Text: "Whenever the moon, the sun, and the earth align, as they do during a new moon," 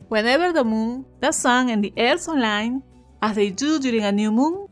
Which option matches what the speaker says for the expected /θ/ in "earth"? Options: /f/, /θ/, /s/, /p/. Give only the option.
/s/